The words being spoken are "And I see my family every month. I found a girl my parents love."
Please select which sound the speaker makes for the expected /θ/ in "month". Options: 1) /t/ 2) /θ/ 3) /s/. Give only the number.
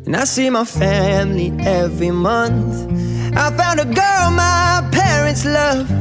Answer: 2